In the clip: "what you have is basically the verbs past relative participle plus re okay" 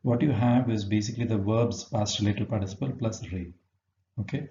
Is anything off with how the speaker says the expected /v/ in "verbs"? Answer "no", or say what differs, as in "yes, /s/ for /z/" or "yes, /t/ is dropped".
no